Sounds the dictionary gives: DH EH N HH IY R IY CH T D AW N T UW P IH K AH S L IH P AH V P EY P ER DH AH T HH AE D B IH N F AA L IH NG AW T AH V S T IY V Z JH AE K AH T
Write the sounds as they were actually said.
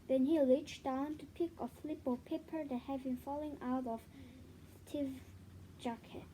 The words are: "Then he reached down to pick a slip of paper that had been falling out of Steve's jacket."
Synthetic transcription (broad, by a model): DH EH N HH IY L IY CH D AW N T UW P IH K AH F L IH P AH P EY P ER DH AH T HH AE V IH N F AA L IH NG AW T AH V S T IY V JH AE K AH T